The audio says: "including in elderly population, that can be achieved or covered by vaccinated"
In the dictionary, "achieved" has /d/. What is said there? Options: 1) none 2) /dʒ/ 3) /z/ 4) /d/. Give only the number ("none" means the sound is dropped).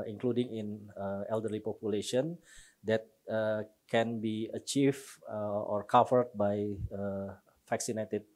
1